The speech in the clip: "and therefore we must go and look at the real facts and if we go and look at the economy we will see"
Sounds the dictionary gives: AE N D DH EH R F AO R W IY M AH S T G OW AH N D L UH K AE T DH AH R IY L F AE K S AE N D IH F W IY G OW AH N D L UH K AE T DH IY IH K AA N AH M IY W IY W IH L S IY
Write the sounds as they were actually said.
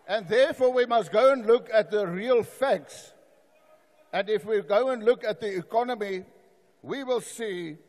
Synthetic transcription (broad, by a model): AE N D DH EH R F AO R W IY M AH S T G OW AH N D L UH K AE T DH AH R IY L F AE K S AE N D IH F W IY G OW AH N D L UH K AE T DH IY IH K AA N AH M IY W IY W IH L S IY